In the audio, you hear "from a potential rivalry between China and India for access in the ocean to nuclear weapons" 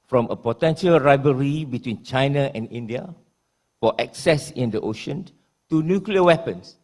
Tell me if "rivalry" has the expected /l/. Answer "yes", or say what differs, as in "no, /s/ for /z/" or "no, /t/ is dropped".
no, /l/ is dropped